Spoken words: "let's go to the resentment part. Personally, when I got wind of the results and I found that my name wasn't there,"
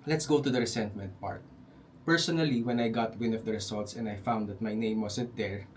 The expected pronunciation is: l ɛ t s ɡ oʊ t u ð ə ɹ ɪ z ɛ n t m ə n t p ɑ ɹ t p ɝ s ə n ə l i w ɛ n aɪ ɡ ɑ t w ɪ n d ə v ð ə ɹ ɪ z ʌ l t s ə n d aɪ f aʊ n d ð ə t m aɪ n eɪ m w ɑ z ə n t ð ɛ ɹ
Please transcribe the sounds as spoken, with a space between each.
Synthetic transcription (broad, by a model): l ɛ t s ɡ oʊ t u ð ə ɹ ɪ s ɛ n t m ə n t p ɑ ɹ t p ɝ s ə n ə l i w ɛ n aɪ ɡ ɑ t w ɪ n ə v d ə ɹ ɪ s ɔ l t s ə n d aɪ f aʊ n d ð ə t m aɪ n eɪ m w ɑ s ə n t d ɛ ɹ